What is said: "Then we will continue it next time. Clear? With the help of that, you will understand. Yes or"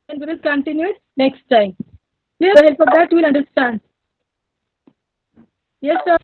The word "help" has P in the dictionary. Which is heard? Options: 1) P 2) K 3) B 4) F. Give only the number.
4